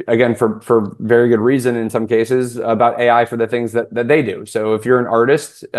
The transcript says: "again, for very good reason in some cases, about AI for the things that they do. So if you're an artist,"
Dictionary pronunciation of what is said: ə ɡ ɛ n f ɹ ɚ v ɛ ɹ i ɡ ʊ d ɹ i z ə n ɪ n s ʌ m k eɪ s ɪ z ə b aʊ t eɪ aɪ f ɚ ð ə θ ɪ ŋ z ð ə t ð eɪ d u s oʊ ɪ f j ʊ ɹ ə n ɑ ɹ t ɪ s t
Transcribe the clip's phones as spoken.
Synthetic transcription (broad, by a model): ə ɡ ɛ n f ɹ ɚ v ɛ ɹ i ɡ ʊ d ɹ i z ə n ɪ n s ʌ m k eɪ s ɪ z ə b aʊ t eɪ aɪ f ɚ ð ə θ ɪ ŋ z ð ə t ð eɪ d u s oʊ ɪ f j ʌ ɹ ə n ɑ ɹ t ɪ s t